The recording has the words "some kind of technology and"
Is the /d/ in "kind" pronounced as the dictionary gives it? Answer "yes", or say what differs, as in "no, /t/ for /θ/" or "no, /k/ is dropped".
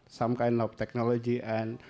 no, /d/ is dropped